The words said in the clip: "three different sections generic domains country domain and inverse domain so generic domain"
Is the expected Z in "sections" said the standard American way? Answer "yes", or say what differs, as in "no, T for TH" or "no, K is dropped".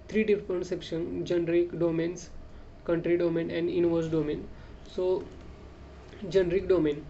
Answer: no, Z is dropped